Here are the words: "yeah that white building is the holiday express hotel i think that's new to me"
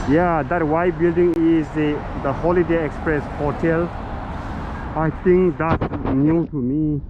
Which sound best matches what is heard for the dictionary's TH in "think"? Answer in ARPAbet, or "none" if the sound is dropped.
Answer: T